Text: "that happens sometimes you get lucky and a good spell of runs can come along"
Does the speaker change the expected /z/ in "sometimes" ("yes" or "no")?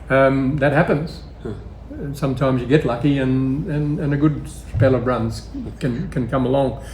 no